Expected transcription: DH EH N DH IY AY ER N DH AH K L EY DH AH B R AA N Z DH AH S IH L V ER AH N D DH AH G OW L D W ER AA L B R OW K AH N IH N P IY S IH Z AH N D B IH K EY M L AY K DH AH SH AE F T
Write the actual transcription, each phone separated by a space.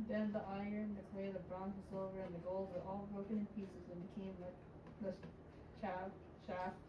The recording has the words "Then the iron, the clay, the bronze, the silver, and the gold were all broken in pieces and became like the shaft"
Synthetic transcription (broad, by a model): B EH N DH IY AY ER N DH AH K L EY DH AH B R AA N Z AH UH V ER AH N DH AH G OW L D W ER AA L B R OW K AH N IH N P IY S IH Z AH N B IH K EY M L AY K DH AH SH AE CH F